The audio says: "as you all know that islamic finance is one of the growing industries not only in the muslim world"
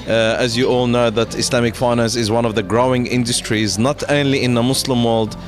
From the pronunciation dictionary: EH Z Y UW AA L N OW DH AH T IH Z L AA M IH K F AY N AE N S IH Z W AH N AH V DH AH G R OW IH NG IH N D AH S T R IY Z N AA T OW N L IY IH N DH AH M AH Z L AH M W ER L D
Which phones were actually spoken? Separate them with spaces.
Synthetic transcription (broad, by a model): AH Z Y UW AA L N OW DH AH T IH S L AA M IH K F AY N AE N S IH Z W AH N AH V DH AH G R OW IH NG IH N D AH S T R IY Z N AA T OW N L IY IH N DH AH M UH S L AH M W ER L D